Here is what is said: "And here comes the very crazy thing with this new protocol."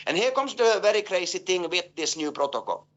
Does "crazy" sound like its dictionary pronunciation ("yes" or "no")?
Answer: no